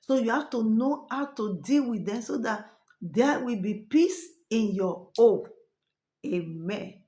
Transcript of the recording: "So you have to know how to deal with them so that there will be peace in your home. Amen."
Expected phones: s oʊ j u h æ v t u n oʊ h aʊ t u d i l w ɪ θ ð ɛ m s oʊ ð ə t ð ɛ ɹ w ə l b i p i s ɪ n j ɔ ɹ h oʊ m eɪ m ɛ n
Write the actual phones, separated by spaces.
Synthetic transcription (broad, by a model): s oʊ j u h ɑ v t u n oʊ h aʊ t u d i l w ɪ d ɛ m s oʊ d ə t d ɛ w ə l b i p i s ɪ n j ɔ oʊ eɪ m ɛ n